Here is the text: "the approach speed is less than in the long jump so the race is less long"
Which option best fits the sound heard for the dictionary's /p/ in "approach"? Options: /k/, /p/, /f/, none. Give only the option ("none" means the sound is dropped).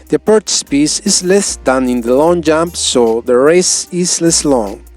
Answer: none